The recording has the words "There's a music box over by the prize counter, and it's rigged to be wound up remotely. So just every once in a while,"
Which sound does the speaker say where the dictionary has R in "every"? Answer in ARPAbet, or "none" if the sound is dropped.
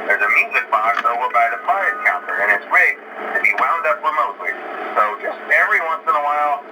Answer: R